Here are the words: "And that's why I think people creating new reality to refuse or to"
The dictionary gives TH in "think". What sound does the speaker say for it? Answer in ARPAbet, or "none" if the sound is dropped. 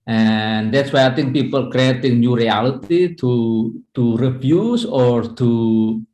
T